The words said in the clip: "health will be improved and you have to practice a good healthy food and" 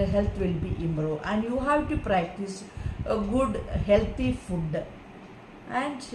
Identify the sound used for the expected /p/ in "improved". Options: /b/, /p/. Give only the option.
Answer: /b/